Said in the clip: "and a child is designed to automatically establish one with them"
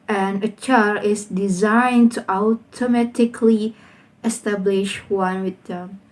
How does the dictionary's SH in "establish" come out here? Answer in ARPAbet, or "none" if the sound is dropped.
SH